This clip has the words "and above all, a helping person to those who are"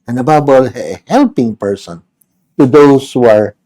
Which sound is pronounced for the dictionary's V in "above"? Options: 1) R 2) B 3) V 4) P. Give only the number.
2